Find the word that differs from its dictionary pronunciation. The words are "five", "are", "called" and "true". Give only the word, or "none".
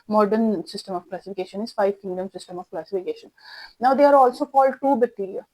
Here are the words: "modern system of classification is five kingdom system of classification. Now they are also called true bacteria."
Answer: true